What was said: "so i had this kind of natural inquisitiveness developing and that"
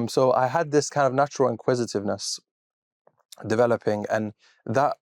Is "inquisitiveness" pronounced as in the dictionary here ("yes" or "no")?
yes